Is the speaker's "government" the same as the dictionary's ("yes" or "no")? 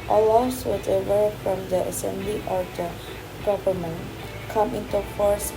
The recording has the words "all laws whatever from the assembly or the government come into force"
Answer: no